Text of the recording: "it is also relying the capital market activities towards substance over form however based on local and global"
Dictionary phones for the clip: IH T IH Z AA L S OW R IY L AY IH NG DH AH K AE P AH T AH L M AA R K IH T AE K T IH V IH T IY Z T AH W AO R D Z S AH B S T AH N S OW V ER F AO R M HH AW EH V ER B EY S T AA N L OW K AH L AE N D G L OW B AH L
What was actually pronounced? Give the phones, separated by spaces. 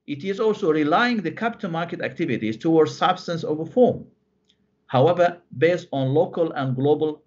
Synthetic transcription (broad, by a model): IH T IH Z AA L S OW R IY L AY IH NG DH AH K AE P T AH N M AA R K IH T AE K T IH V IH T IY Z T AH W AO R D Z S AH B S T AH N S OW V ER F AO R M HH AW EH V ER B EY S T AA N L OW K AH L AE N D G L OW B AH L